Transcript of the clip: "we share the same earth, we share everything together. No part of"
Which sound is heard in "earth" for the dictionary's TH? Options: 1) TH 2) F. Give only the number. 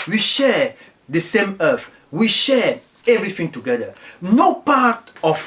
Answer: 2